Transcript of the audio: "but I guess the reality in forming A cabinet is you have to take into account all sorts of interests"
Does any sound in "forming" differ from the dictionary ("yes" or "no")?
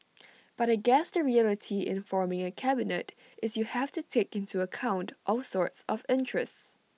no